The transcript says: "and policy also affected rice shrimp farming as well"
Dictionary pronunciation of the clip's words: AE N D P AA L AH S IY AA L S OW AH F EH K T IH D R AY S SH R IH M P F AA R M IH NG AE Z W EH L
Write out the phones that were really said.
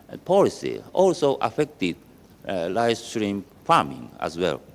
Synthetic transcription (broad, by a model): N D P AA L AH S IY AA L S OW AH F EH K T IH D L AY S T R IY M F AA R M IH NG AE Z W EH L